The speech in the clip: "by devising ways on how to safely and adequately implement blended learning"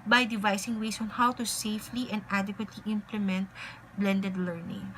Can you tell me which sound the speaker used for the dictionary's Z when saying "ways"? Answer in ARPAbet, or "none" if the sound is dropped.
S